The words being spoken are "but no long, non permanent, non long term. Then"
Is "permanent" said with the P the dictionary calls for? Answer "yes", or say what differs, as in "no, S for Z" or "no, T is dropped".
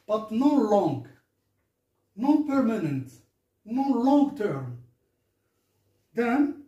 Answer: yes